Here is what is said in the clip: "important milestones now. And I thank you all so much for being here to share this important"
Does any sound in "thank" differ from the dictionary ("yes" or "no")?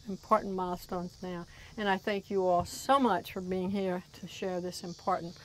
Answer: no